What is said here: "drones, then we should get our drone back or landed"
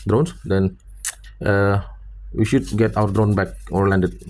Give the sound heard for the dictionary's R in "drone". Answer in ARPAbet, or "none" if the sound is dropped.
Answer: R